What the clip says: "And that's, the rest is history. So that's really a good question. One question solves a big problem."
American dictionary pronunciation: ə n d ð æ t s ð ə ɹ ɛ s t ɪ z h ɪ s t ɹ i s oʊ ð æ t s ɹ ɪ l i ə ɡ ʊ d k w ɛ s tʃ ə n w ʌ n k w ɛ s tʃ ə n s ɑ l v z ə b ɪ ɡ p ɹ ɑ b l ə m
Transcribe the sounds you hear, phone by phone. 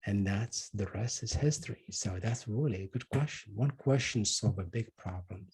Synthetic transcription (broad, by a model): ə n ð æ t s ð ə ɹ ɛ s t ɪ z h ɪ s t ɹ i s oʊ ð æ t s ɹ ɪ l i ə ɡ ʊ d k w ɛ s tʃ ə n w ʌ n k w ɛ s tʃ ə n s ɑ l v ə b ɪ ɡ p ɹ ɑ b l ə m